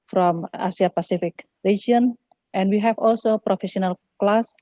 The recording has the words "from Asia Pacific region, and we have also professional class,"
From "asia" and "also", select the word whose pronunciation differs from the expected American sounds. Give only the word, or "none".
asia